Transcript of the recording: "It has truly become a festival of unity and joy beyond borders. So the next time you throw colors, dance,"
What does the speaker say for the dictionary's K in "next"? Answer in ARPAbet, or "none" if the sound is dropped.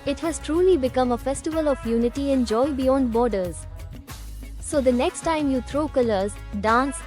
K